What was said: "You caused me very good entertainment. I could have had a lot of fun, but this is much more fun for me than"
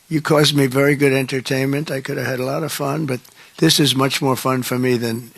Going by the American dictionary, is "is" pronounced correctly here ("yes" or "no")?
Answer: yes